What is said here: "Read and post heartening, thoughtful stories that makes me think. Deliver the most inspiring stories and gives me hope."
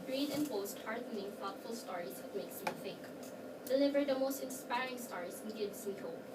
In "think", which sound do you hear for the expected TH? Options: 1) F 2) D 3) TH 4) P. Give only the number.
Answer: 1